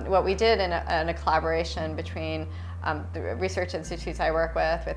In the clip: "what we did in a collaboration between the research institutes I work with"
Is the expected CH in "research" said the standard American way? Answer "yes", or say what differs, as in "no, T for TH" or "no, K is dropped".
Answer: yes